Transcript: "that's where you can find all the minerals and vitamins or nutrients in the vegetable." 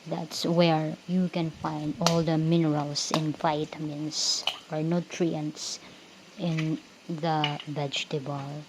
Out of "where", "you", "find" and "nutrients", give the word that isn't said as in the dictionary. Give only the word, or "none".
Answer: none